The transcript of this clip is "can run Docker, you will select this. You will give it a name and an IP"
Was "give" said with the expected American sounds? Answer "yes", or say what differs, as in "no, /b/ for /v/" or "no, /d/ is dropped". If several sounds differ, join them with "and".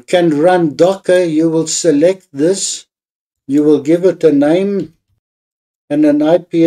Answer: yes